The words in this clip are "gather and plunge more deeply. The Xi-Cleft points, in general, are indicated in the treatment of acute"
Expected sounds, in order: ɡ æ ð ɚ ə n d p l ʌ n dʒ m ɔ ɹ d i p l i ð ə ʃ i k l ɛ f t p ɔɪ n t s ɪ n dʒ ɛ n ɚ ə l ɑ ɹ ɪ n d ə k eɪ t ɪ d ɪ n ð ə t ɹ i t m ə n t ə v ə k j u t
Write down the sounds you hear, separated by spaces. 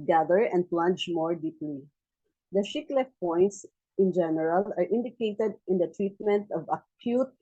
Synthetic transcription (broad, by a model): ɡ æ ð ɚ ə n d p l ʌ n dʒ m ɔ ɹ d i p l i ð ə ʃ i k l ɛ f p ɔɪ n t s ɪ n dʒ ɛ n ɚ ə l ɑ ɹ ɪ n d ə k eɪ t ɪ d ɪ n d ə t ɹ i t m ə n t ə v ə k j u t